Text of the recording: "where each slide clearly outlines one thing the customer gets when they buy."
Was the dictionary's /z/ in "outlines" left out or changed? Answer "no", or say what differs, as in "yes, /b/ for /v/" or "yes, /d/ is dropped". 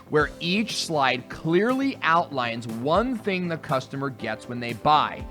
no